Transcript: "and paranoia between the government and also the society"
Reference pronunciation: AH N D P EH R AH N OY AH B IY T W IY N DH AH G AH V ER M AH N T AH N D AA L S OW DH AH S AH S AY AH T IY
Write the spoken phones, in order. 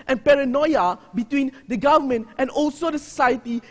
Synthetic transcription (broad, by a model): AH N P EH R AH N OY AH B IY T W IY N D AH G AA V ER M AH N T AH N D AA L S OW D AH S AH S AY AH T IY